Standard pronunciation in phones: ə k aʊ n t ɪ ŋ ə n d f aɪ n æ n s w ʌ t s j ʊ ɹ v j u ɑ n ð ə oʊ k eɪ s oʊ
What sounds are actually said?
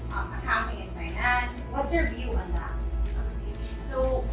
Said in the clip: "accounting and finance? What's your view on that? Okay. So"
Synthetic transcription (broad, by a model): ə k aʊ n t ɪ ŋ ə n f aɪ n æ n s w ʌ t s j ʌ ɹ v j u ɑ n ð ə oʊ eɪ s oʊ